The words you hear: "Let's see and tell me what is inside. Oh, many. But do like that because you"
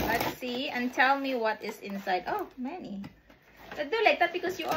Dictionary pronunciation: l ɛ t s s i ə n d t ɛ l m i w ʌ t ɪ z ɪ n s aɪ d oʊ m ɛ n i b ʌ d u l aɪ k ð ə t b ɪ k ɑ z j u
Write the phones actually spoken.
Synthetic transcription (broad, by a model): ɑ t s s i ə n t ɛ l m i w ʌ t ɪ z ɪ n s aɪ d oʊ m ɛ n i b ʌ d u l aɪ k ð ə t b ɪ k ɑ s j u